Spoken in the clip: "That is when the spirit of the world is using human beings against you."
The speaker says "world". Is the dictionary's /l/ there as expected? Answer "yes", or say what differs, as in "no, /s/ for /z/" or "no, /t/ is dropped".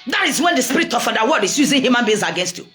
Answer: no, /l/ is dropped